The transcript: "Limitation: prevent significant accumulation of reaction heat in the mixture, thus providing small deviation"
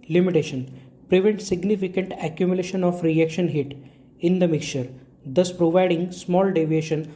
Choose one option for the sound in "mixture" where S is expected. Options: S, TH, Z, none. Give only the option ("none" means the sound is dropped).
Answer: none